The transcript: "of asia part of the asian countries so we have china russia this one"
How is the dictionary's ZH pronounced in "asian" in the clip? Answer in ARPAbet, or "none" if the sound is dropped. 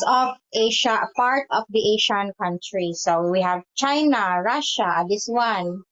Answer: SH